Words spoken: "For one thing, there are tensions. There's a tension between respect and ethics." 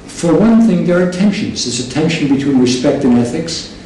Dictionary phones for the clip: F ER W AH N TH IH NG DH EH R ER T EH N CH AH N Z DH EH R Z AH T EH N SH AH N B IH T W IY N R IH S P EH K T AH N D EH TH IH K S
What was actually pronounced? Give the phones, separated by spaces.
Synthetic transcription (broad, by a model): F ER W AH N TH IH NG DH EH R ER T EH N SH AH N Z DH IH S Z AH T EH N SH AH N B IH T W IY N R IH S P EH K T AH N EH TH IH K S